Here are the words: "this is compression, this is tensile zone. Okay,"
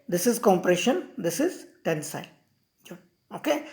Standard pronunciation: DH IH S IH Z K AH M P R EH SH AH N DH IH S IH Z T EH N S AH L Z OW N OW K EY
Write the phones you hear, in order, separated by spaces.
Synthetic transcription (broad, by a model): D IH S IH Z K AH M P R EH SH AH N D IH S IH Z T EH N S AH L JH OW OW K EY